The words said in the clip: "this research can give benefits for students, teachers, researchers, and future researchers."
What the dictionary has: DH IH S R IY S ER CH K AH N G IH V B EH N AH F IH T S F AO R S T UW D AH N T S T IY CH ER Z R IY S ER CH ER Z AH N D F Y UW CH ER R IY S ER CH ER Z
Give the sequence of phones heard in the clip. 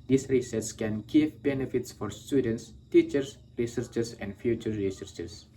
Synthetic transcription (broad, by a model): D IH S R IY S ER S K AH N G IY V B EH N AH F IH T S F AO R S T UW D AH N T S T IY CH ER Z R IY S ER CH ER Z AH N D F Y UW CH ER R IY S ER CH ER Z